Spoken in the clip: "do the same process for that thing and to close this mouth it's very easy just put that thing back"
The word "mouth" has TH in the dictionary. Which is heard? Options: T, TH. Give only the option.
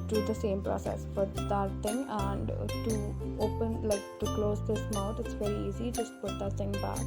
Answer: T